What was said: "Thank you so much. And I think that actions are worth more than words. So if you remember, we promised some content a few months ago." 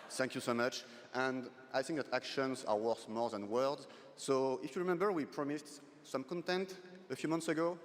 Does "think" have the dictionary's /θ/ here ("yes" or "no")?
yes